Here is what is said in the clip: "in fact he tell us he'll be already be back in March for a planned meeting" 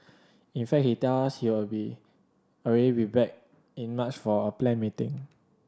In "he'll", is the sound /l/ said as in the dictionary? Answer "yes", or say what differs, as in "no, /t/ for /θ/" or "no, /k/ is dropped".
no, /w/ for /l/